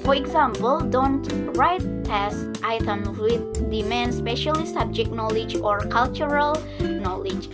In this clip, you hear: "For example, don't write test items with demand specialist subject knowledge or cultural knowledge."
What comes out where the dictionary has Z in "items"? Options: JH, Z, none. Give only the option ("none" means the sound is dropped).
none